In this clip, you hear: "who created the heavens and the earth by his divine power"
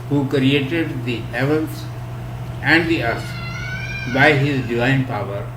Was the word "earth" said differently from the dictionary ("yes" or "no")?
yes